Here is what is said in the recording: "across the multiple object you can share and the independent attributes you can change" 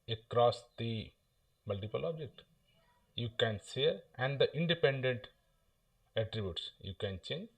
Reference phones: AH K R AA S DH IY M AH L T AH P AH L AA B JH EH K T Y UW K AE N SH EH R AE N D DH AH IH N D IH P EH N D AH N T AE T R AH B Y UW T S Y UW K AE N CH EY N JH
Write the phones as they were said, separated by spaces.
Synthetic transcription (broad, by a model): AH K R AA S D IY M AH L T AH P AH L AA B JH EH K T Y UW K AE N S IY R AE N D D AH IH N D IH P EH N D AH N T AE T R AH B Y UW T S Y UW K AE N CH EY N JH